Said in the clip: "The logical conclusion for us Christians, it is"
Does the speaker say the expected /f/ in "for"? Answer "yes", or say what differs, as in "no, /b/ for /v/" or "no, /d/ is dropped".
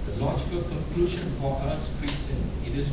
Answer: no, /p/ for /f/